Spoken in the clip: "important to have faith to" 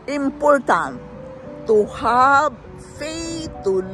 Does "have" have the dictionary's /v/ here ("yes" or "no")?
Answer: no